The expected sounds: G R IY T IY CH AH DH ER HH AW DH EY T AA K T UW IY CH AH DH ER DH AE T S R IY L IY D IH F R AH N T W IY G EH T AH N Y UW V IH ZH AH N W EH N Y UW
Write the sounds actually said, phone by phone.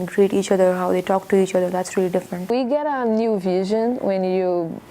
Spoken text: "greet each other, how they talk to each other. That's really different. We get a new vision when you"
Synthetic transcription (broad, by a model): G R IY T IY CH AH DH ER HH AW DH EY T AA K T UW IY CH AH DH ER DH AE T S R IY L IY D IH F R AH N T W IY G EH T AH N Y UW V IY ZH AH N W EH N Y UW